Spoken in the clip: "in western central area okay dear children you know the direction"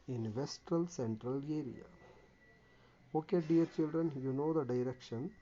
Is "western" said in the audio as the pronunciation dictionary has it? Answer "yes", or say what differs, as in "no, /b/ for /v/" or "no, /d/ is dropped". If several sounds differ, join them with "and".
no, /l/ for /n/